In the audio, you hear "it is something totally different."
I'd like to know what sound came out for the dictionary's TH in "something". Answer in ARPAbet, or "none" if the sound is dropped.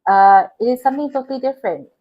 T